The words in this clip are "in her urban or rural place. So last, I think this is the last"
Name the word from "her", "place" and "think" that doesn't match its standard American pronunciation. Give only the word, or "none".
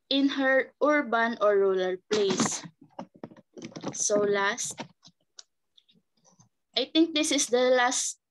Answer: think